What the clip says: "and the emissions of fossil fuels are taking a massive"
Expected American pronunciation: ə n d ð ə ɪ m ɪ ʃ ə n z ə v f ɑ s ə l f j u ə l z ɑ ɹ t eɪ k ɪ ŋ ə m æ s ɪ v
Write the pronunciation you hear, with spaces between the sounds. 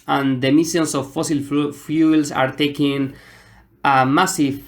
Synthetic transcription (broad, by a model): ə n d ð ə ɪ m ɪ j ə n s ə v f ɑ s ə l f j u l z ɑ ɹ t eɪ k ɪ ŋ ə m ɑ s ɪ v